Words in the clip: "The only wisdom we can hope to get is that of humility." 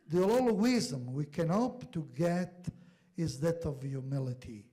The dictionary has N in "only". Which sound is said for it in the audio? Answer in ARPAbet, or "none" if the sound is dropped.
L